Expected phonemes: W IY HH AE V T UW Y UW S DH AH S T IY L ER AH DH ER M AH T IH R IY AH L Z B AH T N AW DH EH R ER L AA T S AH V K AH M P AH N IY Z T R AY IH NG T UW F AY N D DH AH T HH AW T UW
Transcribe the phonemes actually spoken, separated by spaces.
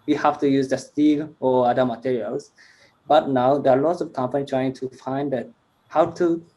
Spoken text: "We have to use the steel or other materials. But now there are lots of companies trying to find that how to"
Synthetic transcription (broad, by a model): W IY HH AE F T UW Y UW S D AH S T IY L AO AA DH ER M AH T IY R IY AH L S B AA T N AW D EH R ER L AA T S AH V K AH M P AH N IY T R AY IH NG T UW F AY N D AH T HH AW T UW